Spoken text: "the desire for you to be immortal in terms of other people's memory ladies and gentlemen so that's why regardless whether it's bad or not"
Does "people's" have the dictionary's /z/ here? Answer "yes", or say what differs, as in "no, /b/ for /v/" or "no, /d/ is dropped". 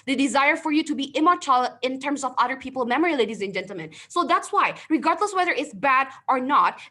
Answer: no, /z/ is dropped